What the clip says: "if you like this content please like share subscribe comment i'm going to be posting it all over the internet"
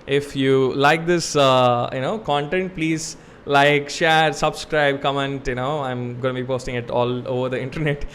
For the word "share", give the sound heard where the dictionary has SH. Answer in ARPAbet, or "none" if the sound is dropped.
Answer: SH